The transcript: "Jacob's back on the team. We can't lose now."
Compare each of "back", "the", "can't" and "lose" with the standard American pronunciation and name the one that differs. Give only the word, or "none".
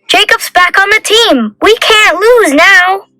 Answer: none